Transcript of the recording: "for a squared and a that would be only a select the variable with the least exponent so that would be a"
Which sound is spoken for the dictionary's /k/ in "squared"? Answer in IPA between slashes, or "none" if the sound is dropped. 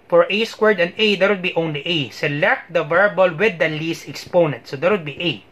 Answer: /k/